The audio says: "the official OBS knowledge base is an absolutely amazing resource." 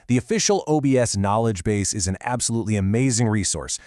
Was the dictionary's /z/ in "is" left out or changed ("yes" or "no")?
no